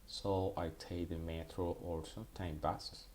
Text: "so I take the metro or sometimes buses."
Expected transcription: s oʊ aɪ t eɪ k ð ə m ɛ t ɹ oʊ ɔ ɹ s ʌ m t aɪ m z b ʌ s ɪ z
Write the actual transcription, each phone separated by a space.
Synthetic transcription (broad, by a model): s oʊ aɪ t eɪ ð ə m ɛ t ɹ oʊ ɔ ɹ s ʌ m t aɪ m b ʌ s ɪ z